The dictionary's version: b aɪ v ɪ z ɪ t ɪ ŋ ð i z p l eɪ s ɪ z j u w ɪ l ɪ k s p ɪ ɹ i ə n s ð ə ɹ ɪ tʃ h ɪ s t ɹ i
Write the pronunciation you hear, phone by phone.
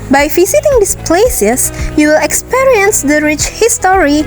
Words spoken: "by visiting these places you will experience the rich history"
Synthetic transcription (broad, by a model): b aɪ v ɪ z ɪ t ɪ ŋ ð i s p l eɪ s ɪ s j u w ɪ l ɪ k s p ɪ ɹ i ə n s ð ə ɹ ɪ tʃ h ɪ s t ɹ i